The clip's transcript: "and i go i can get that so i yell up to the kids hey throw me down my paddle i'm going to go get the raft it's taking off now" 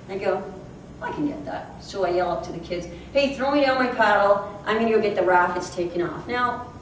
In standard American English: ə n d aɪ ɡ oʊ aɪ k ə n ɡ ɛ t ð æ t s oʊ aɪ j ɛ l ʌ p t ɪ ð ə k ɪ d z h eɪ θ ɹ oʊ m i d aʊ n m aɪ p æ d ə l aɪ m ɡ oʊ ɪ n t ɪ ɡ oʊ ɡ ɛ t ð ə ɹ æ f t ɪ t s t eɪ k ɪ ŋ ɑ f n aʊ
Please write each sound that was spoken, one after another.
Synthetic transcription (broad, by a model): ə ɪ ɡ oʊ aɪ k n ɡ ɛ t ð æ t s oʊ aɪ j ɛ l ʌ p t ɪ ð ə k ɪ d z h eɪ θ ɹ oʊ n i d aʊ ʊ m aɪ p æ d l aɪ m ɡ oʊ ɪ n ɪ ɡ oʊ ɡ ɛ t ð ə ɹ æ f ɪ t s t eɪ k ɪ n ɑ f n aʊ